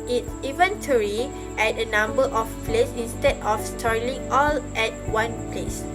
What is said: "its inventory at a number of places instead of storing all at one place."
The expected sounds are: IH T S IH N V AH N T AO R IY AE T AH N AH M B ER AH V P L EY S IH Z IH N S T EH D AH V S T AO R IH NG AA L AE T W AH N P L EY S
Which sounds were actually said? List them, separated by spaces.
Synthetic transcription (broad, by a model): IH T S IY V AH N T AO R IY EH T AH N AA M B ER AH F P L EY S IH N S T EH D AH F S T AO L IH NG AA L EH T W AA N P L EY S